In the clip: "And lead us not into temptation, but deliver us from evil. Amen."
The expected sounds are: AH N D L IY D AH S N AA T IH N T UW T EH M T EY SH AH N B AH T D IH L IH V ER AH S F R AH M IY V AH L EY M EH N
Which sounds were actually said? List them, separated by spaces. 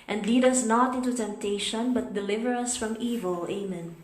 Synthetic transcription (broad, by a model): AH N D L IY D AH S N AA T IH N T UW T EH M T EY SH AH N B AH T D IH L IH V ER AH S F R AH M IY V AH L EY M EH N